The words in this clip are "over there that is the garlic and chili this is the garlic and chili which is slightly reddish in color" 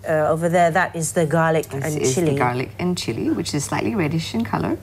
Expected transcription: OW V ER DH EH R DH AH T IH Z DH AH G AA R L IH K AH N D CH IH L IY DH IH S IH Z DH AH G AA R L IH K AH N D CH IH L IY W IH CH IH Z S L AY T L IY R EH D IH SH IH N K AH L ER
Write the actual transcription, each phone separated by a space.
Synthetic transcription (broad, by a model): OW V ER DH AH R DH AH T IH Z DH AH G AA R L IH K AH N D CH IH L IY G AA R L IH K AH N CH IH L IY W IH CH IH Z S L AY T L IY R EH D IH SH IH N K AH L ER